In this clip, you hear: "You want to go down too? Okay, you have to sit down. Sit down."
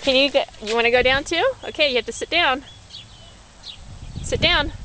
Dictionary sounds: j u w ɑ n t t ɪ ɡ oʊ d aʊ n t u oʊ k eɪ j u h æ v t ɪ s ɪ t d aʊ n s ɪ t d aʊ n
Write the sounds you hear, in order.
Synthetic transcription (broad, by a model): j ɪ w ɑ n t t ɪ ɡ oʊ d aʊ n t u oʊ k eɪ j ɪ h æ f t ɪ s ɪ t d aʊ n s ɪ t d aʊ n